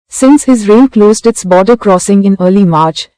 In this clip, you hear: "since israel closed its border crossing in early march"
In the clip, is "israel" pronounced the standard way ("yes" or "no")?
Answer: no